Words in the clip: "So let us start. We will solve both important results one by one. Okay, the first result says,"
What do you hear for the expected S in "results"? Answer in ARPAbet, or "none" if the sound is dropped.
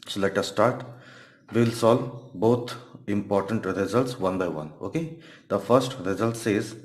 S